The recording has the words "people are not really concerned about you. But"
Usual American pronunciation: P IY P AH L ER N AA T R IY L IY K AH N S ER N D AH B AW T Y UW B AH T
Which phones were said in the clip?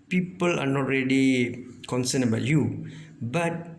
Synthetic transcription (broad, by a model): P IY P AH L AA N AA T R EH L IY K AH N S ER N AH B AW T Y UW B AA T